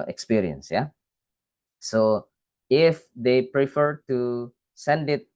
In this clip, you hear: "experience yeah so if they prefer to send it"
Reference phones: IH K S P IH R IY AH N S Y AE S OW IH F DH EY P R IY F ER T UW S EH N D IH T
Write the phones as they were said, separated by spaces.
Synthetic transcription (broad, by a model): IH K S P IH R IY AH N S Y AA S OW IH F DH EY P R IY F ER T UW S EH N D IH T